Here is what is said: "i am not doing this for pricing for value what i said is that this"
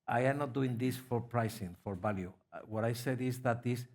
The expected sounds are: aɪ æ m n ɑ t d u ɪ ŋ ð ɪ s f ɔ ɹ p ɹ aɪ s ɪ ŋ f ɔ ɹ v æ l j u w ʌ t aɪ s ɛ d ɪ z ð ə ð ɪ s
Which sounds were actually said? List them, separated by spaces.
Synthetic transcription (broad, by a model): aɪ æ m n ɑ t d u ɪ ŋ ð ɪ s f ɔ ɹ p ɹ aɪ s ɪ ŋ f ɔ ɹ b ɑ l j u w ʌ t aɪ s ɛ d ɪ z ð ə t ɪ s